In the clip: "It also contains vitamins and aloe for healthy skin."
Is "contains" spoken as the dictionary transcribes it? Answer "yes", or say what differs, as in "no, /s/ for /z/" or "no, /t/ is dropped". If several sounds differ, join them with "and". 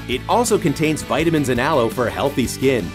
yes